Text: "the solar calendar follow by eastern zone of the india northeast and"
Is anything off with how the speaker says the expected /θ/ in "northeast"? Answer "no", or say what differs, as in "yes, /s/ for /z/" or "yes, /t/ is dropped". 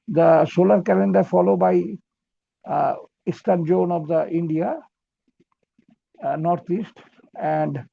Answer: yes, /t/ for /θ/